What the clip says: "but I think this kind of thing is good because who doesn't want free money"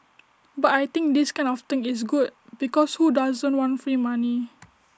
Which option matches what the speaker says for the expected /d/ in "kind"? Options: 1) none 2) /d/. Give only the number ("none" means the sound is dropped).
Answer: 1